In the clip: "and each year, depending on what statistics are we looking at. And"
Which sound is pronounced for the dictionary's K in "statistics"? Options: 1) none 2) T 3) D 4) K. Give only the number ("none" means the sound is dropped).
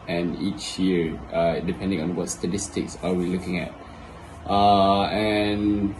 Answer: 4